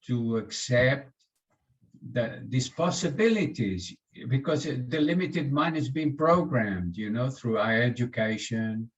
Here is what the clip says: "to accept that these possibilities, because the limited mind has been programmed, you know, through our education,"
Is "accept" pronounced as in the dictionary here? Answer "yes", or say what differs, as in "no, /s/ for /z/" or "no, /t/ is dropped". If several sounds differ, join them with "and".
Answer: yes